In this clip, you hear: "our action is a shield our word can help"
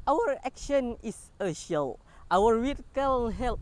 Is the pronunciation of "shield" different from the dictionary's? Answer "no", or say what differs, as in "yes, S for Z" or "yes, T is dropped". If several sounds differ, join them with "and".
yes, D is dropped